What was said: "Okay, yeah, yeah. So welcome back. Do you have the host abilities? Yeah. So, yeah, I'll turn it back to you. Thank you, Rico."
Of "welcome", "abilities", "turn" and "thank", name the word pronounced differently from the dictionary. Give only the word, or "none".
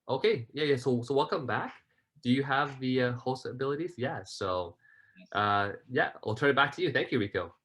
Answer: none